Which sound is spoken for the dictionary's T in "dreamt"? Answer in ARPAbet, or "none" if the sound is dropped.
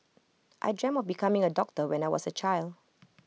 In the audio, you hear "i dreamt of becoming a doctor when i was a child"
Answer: none